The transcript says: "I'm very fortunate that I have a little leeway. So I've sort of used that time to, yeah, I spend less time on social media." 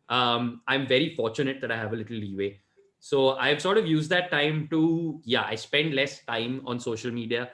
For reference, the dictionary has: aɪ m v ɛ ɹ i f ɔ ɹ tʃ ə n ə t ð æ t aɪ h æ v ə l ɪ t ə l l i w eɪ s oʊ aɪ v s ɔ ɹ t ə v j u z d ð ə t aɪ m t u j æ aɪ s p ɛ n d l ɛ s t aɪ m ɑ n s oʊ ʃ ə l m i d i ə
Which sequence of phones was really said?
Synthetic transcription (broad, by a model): aɪ m v ɛ ɹ i f ɔ ɹ tʃ ə n ə t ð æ t aɪ h æ v ə l ɪ t ə l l i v eɪ s oʊ aɪ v s ɔ ɹ t ə v j u z d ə t aɪ m t u j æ aɪ s p ɛ n d l ɛ s t aɪ m ɑ n s oʊ ʃ ə l m i d i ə